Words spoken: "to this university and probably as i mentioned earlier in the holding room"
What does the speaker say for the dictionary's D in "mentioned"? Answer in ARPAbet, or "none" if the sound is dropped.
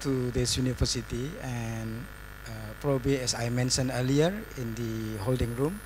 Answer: none